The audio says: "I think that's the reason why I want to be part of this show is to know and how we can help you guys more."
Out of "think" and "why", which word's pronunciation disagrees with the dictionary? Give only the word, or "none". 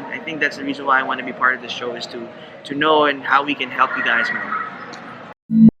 none